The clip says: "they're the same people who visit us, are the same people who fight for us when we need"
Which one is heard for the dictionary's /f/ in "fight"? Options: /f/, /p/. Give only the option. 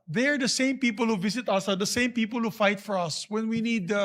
/f/